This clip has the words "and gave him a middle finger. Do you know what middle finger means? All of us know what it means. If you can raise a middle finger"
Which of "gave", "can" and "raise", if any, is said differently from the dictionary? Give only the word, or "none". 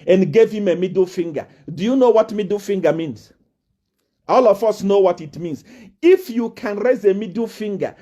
none